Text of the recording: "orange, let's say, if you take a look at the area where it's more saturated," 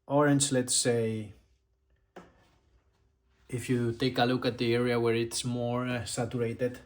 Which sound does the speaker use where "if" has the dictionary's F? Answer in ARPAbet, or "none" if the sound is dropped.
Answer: F